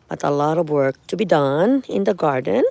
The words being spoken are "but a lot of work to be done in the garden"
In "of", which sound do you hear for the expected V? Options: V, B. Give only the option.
V